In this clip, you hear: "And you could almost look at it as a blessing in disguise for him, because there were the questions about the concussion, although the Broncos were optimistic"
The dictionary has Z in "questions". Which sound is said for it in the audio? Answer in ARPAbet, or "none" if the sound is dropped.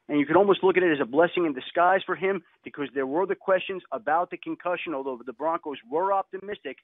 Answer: Z